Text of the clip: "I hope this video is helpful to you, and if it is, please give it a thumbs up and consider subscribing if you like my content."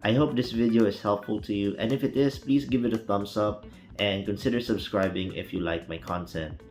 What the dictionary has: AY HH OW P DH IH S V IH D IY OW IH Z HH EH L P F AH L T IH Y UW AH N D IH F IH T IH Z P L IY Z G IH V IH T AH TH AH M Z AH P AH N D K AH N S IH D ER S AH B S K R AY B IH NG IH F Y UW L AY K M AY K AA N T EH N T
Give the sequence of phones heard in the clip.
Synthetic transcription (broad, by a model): AY HH OW P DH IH S V IH D IY OW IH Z HH EH L P F AH L T IH Y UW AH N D IH F IH T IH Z P L IY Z G IH V IH T AH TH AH M S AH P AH N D K AH N S IH D ER S AH B S K R AY B IH NG IH F Y UW L AY K M AY K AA N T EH N T